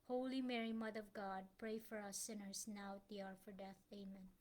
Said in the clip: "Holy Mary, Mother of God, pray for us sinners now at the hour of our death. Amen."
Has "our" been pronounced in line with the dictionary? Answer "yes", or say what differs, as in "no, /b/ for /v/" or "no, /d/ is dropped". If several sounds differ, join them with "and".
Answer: yes